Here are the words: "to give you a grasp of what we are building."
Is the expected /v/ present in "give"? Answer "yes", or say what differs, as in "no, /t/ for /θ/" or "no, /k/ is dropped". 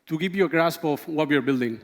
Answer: no, /p/ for /v/